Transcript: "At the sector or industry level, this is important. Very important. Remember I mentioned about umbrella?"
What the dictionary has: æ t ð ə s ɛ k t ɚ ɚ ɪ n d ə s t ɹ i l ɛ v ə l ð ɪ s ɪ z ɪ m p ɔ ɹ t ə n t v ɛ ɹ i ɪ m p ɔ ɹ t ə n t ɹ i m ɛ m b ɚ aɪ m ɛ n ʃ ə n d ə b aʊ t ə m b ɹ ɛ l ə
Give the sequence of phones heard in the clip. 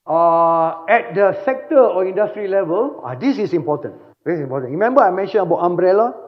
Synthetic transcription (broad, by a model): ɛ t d ə s ɛ k t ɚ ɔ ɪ n d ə s t ɹ i l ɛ v ə l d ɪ s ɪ s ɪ m p ɔ t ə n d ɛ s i m p ɔ t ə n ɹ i m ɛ m b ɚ aɪ m ɛ n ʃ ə n ə b aʊ t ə m b ɹ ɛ l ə